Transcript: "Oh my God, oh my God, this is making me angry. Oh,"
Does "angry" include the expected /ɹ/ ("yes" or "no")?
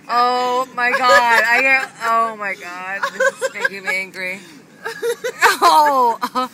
yes